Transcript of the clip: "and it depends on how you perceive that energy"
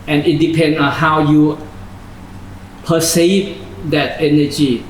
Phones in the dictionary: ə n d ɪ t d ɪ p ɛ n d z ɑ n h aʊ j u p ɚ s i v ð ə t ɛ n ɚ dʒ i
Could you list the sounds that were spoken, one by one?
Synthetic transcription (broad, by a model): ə n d ɪ t d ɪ p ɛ n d ɑ n h aʊ j u p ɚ s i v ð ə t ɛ n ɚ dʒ i